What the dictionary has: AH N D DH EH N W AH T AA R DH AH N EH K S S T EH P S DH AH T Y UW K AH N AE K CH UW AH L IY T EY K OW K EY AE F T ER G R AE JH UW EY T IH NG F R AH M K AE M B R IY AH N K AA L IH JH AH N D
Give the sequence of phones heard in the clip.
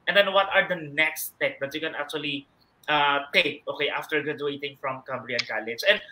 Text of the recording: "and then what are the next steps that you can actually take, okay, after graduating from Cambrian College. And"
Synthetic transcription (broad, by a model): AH N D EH N W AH T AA R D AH N EH K S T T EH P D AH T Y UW K AH N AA K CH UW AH L IY T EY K OW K EY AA F T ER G EH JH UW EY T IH NG F R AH M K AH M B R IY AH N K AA L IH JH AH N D